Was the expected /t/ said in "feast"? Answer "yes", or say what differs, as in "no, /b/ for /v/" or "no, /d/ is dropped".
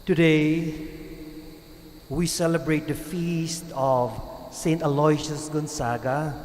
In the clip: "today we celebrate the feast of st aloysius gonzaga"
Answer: yes